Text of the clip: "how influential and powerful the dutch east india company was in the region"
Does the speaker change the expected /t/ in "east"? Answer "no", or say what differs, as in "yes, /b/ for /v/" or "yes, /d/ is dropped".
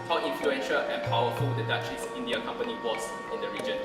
yes, /t/ is dropped